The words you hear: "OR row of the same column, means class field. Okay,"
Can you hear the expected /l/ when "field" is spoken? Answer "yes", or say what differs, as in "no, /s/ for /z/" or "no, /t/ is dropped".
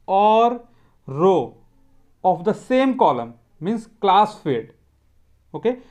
no, /l/ is dropped